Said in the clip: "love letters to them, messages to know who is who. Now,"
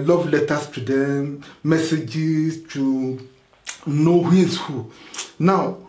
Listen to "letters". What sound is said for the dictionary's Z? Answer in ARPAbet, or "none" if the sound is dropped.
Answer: S